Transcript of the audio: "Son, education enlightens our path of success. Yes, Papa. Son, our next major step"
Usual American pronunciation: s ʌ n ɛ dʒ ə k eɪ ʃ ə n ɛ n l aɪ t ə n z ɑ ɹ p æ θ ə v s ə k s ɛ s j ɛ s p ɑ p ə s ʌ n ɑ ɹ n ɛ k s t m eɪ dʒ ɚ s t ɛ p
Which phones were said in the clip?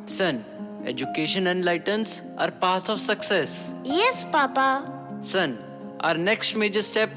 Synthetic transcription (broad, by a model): s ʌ n ɛ dʒ ə k eɪ ʃ ə n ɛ n l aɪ t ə n s ɑ ɹ p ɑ s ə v s ə k s ɛ s j ɛ s p ɑ p ə s ʌ n ɑ ɹ n ɛ k s t m eɪ dʒ ɚ s t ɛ p